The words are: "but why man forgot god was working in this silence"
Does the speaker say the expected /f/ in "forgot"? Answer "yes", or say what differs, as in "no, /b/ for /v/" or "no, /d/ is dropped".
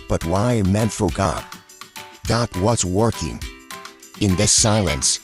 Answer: yes